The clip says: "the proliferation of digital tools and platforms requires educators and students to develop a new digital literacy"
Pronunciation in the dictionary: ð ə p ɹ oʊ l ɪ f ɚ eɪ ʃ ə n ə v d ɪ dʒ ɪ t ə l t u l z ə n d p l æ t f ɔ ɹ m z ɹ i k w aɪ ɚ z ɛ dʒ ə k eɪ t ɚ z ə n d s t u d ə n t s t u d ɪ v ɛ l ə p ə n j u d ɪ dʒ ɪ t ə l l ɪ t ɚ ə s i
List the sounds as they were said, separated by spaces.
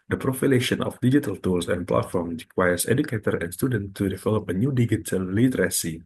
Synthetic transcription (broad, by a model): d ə p ɹ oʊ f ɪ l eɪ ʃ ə n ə f d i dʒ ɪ t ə l t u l s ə n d p l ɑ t f ɔ ɹ m ɹ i k w aɪ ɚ s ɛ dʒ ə k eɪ t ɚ ə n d s t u d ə n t t u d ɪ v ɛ l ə p ə n j u d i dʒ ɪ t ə l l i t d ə s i